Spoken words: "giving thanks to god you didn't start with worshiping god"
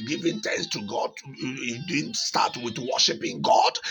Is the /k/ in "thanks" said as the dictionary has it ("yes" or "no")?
no